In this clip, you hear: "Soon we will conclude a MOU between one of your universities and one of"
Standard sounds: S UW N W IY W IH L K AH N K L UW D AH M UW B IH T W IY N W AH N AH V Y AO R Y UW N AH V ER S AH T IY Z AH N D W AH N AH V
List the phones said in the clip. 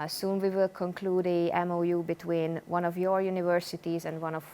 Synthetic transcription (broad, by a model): S UW N W IY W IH L K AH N K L UW D AH M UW B IH T W IY N W AH N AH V Y AO R Y UW N AH V ER S AH T IY Z AH N D W AH N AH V